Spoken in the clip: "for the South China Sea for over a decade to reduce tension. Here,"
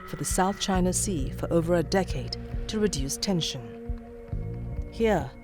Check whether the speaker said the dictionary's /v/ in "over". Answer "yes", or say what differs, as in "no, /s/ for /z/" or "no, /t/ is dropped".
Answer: yes